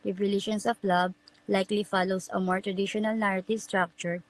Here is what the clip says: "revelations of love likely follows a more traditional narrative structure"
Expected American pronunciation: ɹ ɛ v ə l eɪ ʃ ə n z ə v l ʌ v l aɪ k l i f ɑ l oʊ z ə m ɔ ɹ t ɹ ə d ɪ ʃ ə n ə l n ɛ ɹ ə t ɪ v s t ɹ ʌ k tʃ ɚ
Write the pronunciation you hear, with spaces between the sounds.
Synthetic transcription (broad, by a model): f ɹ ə l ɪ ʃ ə n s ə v l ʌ b l aɪ k l i f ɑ l oʊ s ə m ɔ ɹ t ɹ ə d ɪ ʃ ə n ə l n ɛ ɹ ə t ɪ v s t ɹ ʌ k tʃ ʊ